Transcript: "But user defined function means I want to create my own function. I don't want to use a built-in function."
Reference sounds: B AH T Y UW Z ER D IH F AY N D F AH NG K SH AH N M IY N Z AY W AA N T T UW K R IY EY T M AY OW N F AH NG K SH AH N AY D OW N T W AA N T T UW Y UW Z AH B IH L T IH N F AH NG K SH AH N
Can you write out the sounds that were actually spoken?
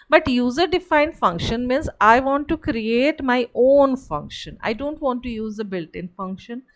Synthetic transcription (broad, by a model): B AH T Y UW Z ER D IH F AY N D F AH NG K SH AH N M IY N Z AY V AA N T T UW K R IY EY T M AY OW N F AH NG K SH AH N AY D OW N T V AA N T T UW Y UW Z AH B IH L T IH N F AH NG K SH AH N